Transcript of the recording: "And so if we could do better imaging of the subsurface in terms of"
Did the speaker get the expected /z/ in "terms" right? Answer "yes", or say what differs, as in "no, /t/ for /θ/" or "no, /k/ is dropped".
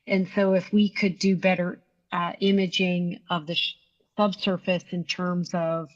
yes